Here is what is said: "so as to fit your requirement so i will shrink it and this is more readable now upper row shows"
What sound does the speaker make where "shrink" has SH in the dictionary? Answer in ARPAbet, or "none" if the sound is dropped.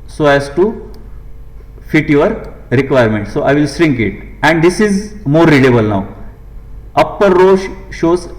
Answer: S